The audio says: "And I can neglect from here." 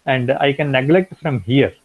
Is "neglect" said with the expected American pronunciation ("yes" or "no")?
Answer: yes